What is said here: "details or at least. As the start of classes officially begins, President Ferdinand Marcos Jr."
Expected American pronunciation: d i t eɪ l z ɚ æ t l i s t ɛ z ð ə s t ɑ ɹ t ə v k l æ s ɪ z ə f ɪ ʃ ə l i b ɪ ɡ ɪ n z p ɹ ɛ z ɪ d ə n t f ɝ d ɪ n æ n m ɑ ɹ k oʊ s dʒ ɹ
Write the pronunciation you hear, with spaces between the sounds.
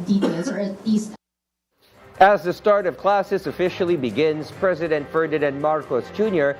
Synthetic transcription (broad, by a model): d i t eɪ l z ɚ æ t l i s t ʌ z ð ə s t ɑ ɹ t ə v k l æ s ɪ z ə f ɪ ʃ l i b ɪ ɡ ɪ n z p ɹ ɛ z ɪ d ə n t f ɝ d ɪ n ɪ n m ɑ ɹ k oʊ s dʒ ɹ